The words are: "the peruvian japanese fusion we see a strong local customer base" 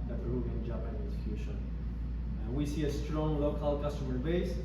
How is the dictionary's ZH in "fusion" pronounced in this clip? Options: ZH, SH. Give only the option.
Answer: SH